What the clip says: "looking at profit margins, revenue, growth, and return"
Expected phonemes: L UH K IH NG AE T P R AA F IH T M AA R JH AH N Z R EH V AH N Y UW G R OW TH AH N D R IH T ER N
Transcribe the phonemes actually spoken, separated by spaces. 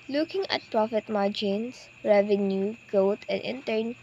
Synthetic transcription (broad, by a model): L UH K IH NG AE T P R AA F IH T M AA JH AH N S R EH V AH N Y UW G OW T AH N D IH T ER N